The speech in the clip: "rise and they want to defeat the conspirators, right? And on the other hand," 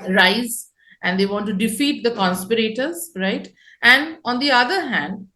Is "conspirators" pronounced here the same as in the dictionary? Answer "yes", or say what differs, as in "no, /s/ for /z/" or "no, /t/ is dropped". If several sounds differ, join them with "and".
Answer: yes